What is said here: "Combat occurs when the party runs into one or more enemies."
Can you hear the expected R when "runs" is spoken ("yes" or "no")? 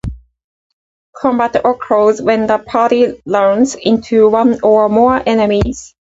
no